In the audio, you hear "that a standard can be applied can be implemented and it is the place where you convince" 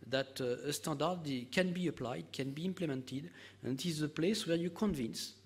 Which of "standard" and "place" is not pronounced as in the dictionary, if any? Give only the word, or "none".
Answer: standard